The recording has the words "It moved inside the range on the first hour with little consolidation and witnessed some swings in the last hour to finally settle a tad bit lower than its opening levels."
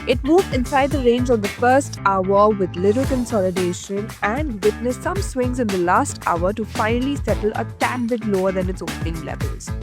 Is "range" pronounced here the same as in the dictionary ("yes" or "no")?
yes